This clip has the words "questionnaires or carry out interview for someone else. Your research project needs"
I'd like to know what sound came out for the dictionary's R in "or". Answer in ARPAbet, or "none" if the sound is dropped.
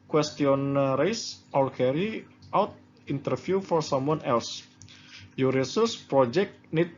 L